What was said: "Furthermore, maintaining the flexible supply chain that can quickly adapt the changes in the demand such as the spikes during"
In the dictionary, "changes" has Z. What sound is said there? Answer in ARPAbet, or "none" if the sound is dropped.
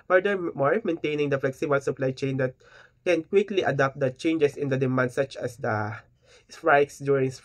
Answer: S